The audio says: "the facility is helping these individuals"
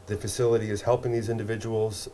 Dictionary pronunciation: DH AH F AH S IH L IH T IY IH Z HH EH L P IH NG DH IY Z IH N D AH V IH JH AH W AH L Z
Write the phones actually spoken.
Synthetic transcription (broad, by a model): DH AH F AH S IH L IH T IY IH Z HH EH L P IH NG DH IY Z IH N D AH V IH JH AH W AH L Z